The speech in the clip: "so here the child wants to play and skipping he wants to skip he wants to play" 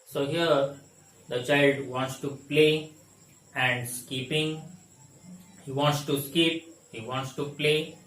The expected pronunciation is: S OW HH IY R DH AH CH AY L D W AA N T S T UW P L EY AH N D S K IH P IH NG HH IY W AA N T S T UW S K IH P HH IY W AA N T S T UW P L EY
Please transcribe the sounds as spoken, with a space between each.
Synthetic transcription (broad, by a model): S OW HH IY R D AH CH AY L D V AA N T S T UW P L EY AH N D S K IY P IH NG HH IY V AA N T S T UW S K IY P HH IY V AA N T S T UW P L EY